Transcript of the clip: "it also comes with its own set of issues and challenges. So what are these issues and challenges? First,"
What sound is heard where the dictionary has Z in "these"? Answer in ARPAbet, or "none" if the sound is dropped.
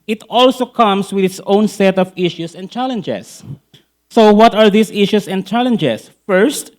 S